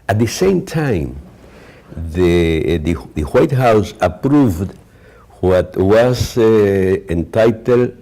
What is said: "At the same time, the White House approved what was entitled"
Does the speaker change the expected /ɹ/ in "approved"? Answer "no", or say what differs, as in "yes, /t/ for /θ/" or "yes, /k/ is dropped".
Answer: no